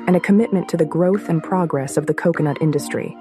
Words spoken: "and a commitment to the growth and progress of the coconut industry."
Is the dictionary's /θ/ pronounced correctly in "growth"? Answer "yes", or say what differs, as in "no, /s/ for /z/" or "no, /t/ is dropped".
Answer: yes